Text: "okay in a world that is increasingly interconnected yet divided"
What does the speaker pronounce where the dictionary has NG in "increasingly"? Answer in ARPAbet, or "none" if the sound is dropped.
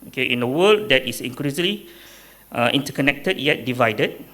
none